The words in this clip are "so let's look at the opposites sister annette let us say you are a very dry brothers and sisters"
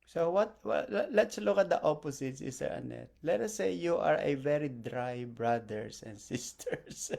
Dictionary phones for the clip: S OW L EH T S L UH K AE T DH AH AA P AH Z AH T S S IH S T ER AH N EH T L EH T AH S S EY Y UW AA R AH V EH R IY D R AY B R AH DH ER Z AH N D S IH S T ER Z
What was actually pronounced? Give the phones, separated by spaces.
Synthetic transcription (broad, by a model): S OW L EH T S L UH K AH T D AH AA P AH S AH T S S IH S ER AH N EH T L EH T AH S S EY Y UW AA R AH V EH R IY D R AY B R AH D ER S AH N D S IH S T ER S